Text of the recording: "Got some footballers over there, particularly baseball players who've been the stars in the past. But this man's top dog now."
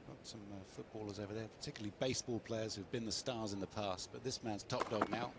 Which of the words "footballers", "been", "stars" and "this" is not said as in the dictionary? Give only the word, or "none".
none